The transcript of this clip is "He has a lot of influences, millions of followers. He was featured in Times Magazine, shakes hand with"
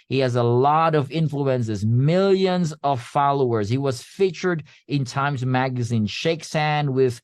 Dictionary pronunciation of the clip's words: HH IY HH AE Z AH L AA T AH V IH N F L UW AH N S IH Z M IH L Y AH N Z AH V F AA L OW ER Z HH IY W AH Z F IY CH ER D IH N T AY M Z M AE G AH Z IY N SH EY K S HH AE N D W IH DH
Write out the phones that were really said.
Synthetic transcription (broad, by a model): HH IY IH Z AH L AA T AH V IH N F L UW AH N S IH Z M IH L Y AH N Z AH V F AA L OW ER Z HH IY W AH Z F IY CH ER D IH N T AY M Z M AE G AH Z IY N SH EY K S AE N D W IH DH